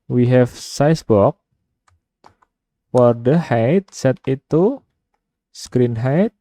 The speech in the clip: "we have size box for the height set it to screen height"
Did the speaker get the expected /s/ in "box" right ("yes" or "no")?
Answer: no